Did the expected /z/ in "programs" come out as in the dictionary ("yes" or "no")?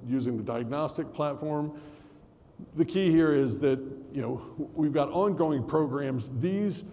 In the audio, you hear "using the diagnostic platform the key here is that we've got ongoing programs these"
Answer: yes